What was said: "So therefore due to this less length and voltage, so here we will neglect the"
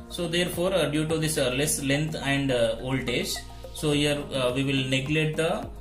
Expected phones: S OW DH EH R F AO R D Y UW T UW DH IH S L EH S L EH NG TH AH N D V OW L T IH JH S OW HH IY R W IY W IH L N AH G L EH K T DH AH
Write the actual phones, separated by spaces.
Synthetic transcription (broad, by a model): S OW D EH R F AO R D Y UW T UW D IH S L EH S L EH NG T AH N D OW L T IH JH S OW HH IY R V IY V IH L N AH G L EH T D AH